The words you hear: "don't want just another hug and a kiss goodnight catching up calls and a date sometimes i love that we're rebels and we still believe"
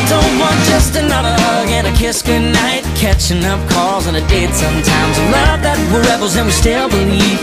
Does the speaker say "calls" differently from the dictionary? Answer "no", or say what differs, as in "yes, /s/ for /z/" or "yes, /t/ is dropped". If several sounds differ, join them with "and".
no